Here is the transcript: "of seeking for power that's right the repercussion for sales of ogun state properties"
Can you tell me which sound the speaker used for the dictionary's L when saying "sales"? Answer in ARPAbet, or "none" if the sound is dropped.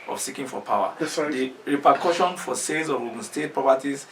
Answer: none